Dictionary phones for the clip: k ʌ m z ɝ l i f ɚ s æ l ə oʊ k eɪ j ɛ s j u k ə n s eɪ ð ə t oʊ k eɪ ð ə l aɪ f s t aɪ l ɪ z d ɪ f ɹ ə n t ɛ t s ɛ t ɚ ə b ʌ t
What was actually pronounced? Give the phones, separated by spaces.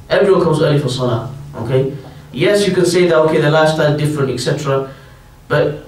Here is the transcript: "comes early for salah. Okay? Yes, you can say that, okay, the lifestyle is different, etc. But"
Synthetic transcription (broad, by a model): k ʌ m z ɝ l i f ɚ s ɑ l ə oʊ k eɪ j ɛ s j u k ə n s eɪ ð ə t oʊ k eɪ ð ə l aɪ s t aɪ ɪ z d ɪ f ɹ ə n t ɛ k s ɛ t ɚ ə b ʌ t